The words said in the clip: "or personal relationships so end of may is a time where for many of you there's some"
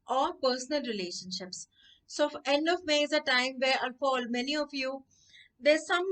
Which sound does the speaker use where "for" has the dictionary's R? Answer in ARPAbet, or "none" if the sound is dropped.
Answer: L